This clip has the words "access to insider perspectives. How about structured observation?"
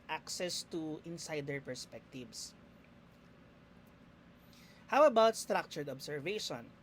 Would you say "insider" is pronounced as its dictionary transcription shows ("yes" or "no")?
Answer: yes